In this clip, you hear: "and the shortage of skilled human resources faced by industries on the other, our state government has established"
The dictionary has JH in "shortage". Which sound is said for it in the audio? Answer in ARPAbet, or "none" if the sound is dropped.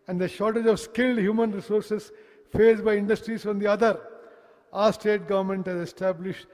JH